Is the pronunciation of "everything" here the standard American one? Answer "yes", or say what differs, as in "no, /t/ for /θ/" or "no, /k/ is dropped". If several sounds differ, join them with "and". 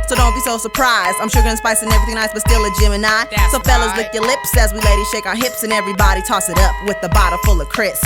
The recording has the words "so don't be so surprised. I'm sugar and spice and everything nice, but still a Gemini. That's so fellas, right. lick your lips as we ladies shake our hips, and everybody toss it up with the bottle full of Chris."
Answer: no, /ɹ/ is dropped